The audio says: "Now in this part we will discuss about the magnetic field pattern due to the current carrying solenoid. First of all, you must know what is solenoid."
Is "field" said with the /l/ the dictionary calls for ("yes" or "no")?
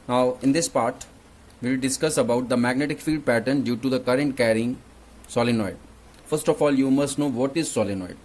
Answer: yes